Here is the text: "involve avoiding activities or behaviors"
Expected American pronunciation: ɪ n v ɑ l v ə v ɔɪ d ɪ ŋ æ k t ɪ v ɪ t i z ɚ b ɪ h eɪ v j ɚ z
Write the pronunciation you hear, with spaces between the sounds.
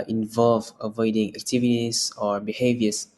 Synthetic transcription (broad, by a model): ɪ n v ɑ l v ə v ɔɪ d ɪ ŋ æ k t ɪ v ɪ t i s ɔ b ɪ h eɪ v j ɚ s